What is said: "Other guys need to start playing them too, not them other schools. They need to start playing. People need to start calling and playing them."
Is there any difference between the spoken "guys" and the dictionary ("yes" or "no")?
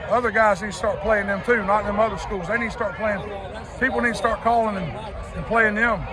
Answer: no